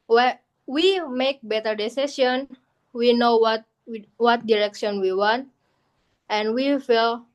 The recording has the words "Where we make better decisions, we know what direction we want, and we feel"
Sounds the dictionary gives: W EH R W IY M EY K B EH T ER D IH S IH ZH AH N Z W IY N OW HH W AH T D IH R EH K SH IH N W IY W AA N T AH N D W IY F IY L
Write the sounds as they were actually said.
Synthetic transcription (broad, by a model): W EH W IY M EY K B EH T ER D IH S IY S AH N W IY N OW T W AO T D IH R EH K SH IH N W IY W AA N T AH N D W IY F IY L